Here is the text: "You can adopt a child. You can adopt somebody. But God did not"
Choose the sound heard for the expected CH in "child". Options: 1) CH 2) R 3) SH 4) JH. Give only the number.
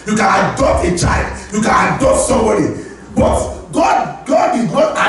1